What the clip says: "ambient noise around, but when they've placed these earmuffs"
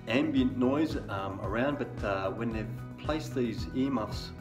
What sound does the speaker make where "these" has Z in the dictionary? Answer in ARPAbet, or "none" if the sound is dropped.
Z